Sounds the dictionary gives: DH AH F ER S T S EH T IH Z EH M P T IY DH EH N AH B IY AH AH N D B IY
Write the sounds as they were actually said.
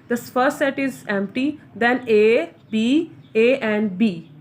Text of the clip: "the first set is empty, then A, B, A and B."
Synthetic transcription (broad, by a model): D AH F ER T S EH T IH Z EH M P T IY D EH N AH B IY AH AH N D B IY